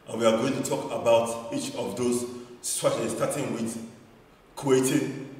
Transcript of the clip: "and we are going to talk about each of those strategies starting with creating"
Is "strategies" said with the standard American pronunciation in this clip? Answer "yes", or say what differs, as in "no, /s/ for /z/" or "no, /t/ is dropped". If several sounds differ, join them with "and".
no, /tʃ/ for /dʒ/